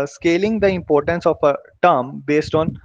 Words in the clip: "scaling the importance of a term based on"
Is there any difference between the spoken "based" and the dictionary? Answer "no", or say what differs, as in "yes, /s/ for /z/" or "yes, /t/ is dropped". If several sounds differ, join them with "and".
no